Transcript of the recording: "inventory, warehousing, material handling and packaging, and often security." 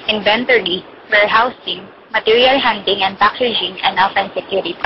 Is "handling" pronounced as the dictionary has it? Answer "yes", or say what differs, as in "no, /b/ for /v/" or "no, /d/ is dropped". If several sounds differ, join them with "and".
no, /l/ is dropped